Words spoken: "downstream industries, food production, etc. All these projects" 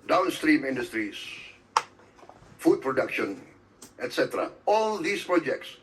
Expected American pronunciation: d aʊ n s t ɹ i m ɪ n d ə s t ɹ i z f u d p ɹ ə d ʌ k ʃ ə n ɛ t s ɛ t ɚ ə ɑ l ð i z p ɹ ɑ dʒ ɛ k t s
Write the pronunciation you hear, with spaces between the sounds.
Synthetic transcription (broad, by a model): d aʊ n s t ɹ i m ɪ n d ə s t ɹ i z f u d p ɹ ə d ʌ k ʃ ə n ɛ t s ɛ t ɚ ə ɑ l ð i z p ɹ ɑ dʒ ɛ k t s